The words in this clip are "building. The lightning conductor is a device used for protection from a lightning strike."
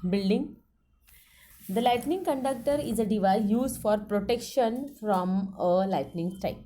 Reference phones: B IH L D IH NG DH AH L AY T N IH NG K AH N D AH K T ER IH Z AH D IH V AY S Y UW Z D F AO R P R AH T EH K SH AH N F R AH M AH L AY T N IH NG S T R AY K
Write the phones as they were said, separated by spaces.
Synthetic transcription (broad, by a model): B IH L D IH NG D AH L AY T N IH NG K AH N D AH K T ER IH Z AH D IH V AY Y UW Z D F AO R P R AH T EH K SH AH N F R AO M AH L AY T N IH NG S T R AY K